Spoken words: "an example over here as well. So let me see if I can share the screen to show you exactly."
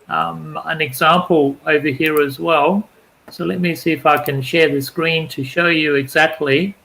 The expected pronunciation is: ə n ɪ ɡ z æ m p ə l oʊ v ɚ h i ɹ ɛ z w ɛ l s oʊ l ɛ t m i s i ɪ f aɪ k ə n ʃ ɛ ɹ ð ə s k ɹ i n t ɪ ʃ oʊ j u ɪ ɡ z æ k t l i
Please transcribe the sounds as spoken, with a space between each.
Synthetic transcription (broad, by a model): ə n ɪ ɡ z æ m p ə l oʊ v ɚ h i ɹ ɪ z w ɛ l s oʊ l ɛ t m i s i ɪ f aɪ k ə n ʃ ɛ ɹ ð ə s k ɹ i n t ɪ ʃ oʊ j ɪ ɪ ɡ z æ k t l i